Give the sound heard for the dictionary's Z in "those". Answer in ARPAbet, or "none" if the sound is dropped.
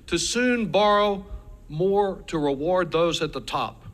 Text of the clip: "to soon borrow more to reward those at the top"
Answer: Z